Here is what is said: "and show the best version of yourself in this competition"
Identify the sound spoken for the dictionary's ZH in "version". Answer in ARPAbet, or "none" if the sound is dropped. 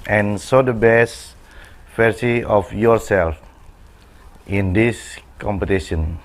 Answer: S